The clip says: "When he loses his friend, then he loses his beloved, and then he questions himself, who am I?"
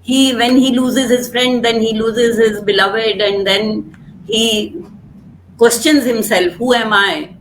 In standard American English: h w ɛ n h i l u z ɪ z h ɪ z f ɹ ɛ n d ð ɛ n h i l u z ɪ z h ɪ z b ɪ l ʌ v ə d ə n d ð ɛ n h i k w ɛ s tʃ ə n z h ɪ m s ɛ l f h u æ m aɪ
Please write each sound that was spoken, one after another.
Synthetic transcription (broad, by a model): h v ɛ n h i l u z ɪ z h ɪ z f ɹ ɛ n d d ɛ n h i l u z ɪ z h ɪ z b ɪ l ʌ v ə d ə n d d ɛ n h i k w ɛ s tʃ ə n z h ɪ m s ɛ l f h u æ m aɪ